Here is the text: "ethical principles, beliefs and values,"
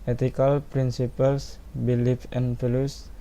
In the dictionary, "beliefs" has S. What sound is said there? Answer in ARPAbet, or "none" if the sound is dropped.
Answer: none